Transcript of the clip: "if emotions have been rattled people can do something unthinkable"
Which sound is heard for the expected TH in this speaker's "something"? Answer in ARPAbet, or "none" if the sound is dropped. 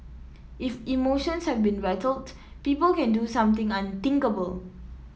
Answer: T